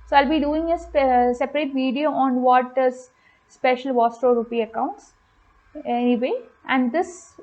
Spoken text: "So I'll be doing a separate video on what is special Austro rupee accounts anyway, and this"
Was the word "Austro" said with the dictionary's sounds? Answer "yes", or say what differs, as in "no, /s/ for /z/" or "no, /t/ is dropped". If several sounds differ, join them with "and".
no, /ɹ/ is dropped